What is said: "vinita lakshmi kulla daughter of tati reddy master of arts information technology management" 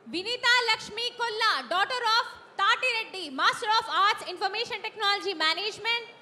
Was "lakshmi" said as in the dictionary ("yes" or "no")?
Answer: yes